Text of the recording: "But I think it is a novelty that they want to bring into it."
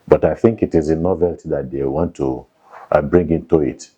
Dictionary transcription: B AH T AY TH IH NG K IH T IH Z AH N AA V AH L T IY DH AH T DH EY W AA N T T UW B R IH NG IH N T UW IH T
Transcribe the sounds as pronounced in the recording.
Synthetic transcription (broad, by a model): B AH T AY TH IH NG K IH T IH Z AH N AA V AH L T IY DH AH T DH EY W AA N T T UW B R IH NG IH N T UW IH T